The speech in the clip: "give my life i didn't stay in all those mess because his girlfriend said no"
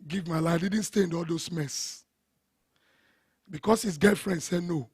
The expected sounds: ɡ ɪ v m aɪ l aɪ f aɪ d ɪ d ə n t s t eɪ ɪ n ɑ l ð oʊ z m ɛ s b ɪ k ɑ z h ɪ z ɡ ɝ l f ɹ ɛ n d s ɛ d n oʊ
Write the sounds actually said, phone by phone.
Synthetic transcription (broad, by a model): ɡ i v m aɪ l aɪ aɪ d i d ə n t s t eɪ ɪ n ɑ l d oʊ s m ɛ s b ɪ k ɑ s h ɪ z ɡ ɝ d f ɹ ɛ n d s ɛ n oʊ